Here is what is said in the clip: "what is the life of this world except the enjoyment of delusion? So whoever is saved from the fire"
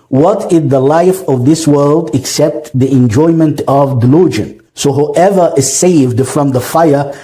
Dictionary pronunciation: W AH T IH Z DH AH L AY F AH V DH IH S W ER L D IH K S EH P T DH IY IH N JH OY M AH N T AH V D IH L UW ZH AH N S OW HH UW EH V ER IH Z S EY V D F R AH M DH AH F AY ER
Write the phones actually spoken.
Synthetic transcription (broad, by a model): W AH T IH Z DH AH L AY F AH V DH IH S W ER L D IH K S EH P T DH IY IH N JH OY M AH N T AH V D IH L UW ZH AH N S OW HH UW EH V ER IH Z S EY V D F R AH M DH AH F AY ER